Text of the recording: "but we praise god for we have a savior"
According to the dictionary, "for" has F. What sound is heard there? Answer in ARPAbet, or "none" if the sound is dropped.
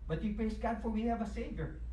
F